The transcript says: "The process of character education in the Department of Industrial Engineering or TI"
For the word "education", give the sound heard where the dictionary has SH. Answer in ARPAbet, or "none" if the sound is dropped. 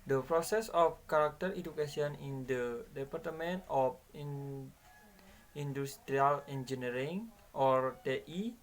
S